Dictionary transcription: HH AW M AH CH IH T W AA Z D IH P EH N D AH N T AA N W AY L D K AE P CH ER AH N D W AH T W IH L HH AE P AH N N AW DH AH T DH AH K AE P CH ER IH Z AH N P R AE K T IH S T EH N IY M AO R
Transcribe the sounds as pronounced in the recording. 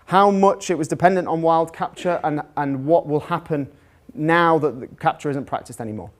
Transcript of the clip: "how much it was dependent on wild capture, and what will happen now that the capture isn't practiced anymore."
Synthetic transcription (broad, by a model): HH AW M AH CH IH T W AA Z D IH P EH N D AH N T N W AY L D K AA P CH ER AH N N W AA T W IH L HH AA P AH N N AW DH AH T DH AH K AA P CH ER IH Z AH N P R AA K T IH S T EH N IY M AO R